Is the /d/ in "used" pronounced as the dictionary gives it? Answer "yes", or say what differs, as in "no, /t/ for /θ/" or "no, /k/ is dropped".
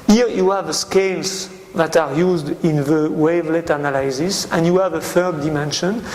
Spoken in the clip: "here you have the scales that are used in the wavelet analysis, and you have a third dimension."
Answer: yes